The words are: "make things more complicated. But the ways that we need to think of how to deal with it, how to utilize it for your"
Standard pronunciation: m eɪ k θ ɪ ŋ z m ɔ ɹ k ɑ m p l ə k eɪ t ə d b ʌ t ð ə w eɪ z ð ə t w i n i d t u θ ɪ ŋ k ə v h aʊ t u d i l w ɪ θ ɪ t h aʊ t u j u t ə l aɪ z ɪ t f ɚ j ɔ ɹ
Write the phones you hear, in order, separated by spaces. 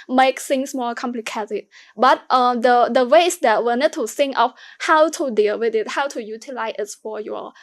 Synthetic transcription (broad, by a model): m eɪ k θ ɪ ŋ s m ɔ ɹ k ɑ m p l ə k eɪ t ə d b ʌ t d ə w eɪ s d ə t w i n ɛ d t u s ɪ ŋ ə f h aʊ t u d i l w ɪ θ ɪ t h aʊ t u j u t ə l aɪ s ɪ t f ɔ j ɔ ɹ